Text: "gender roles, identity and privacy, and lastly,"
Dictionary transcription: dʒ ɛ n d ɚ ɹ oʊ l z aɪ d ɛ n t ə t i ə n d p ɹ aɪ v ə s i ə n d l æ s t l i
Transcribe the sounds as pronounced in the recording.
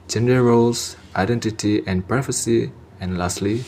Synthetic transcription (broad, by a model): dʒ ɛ n d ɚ ɹ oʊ l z aɪ d ɛ n t ə t i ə n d p ɹ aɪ f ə s i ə n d l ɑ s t l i